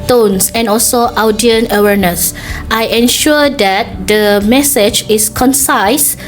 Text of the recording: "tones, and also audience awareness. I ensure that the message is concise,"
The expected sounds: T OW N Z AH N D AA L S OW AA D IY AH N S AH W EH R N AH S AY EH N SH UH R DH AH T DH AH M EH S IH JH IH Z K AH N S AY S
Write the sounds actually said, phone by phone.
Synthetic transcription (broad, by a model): T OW N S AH N AA L S OW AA D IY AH N AH W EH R N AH S AY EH N SH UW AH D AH T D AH M EH S IH JH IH S K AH N S AY S